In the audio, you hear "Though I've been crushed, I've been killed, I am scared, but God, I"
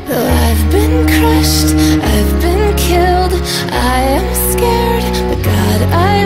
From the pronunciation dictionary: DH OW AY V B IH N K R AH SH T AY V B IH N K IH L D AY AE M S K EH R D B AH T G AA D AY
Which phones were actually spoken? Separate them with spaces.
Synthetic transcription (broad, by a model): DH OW AY V B IH N K R AH SH T AY V B IH N K IH L D AY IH M S K EH R D B AH T G AA D AY